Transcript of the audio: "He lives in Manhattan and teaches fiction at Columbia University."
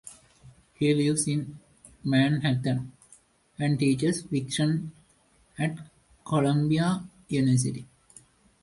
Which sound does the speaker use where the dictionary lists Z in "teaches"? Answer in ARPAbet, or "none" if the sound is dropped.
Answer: S